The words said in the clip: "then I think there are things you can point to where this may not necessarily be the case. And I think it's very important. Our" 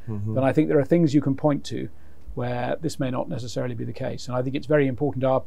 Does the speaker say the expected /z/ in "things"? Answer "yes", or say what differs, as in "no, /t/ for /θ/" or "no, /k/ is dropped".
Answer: yes